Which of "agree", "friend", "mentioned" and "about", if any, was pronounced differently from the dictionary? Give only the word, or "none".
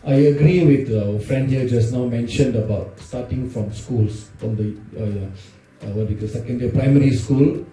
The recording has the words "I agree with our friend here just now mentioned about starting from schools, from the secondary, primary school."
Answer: none